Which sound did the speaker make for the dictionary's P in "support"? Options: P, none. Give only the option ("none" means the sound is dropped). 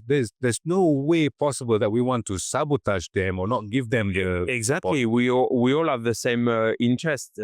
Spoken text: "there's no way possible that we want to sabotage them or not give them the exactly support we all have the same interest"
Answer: none